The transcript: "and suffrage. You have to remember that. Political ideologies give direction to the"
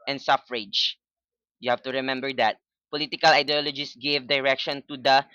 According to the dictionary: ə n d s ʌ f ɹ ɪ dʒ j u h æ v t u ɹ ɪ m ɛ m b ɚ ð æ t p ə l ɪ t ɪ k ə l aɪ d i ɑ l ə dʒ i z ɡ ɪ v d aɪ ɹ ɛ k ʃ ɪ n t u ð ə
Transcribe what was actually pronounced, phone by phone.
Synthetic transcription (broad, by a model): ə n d s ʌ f ɹ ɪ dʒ j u h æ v t u ɹ ɪ m ɛ m b ɚ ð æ t p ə l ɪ t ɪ k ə l aɪ d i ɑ l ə dʒ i s ɡ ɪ v d aɪ ɹ ɛ k ʃ ɪ n t u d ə